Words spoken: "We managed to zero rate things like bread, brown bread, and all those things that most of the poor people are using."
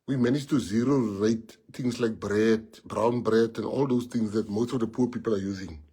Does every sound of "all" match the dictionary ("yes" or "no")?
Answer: yes